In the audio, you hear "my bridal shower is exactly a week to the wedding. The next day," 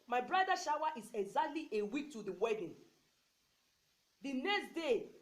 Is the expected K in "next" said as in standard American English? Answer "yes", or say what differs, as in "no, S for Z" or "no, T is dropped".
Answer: yes